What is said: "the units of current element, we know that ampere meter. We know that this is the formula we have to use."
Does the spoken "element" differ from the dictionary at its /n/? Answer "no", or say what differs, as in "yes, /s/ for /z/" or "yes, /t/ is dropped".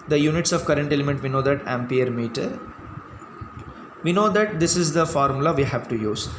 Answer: no